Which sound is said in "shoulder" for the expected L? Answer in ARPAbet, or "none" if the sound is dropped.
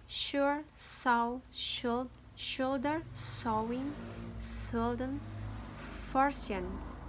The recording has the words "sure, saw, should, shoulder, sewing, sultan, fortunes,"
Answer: L